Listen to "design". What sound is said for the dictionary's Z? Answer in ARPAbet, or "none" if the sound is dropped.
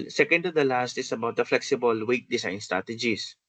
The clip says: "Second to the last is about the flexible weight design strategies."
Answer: S